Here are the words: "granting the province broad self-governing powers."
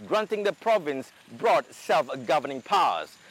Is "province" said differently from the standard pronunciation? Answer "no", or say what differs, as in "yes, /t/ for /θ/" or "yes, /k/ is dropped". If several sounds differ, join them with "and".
no